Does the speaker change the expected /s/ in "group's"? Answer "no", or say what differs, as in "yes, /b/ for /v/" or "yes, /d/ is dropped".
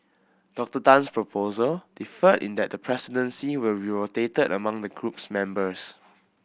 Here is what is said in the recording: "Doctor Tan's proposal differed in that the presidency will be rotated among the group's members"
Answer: no